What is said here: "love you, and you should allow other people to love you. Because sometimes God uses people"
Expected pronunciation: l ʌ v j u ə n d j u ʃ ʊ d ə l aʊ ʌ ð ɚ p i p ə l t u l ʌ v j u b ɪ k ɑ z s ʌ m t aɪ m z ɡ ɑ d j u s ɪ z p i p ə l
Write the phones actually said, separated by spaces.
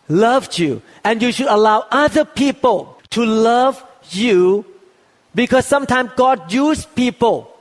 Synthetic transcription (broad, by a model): l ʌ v j u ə n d j u ʃ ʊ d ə l aʊ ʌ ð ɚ p i p ə l t u l ʌ v j u b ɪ k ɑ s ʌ m t aɪ m s ɡ ɑ d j u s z p i p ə l